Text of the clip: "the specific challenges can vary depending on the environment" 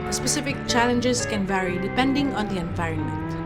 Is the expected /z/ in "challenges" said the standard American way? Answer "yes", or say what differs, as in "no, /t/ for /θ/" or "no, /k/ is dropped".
no, /s/ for /z/